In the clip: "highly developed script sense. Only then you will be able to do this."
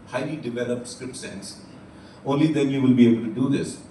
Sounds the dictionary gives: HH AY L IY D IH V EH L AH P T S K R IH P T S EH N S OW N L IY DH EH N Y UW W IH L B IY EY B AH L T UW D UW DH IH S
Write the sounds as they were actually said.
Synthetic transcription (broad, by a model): HH AY L IY D IH V EH L AH P T S K R IH P T S EH N S OW N L IY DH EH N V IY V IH L B IY EY B AH L T UW D UW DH IH S